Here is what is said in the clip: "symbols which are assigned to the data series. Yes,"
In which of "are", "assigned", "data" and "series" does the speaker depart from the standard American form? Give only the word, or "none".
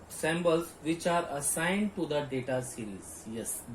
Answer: series